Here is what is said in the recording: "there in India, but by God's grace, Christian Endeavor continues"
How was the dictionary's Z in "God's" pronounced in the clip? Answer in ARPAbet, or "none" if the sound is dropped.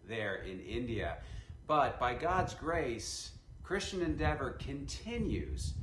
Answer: Z